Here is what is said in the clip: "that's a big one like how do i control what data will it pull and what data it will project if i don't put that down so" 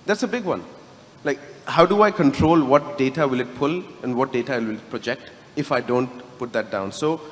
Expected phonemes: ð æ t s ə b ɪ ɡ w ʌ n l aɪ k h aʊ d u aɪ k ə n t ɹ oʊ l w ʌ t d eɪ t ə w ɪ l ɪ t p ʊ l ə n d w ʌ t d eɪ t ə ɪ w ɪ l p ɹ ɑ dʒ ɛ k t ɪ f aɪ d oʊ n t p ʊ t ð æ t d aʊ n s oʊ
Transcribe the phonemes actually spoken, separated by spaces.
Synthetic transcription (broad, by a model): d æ t s ə b ɪ ɡ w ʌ n l aɪ k h aʊ d u aɪ k ə n t ɹ oʊ l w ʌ t d eɪ t ə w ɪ l ɪ t p ʊ l ə n d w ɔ t d eɪ t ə ɪ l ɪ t p ɹ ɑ dʒ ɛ k t ɪ f aɪ d oʊ n t p ʊ t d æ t d aʊ n s oʊ